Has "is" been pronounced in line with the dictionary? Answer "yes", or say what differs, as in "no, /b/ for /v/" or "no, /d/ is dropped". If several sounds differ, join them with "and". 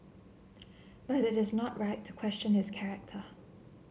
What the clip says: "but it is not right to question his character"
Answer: yes